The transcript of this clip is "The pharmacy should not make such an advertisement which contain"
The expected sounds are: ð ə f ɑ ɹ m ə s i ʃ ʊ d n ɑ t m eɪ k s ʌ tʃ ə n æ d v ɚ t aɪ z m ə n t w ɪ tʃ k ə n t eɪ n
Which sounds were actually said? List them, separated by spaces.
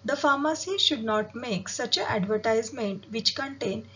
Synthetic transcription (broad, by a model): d ə f ɑ ɹ m ə s i ʃ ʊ d n ɑ t m eɪ k s ʌ tʃ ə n æ d v ɚ t aɪ z m ə n t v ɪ tʃ k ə n t eɪ n